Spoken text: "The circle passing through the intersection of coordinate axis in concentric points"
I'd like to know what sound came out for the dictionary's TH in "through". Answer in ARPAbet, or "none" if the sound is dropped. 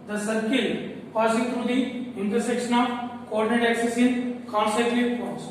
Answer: T